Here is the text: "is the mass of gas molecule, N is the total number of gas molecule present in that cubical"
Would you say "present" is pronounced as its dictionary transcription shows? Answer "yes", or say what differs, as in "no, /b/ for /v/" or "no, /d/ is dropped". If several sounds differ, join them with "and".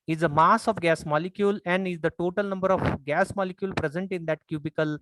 yes